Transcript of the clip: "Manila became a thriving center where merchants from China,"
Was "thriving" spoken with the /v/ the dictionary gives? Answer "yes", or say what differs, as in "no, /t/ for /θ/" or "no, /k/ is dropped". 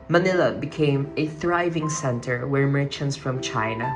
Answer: yes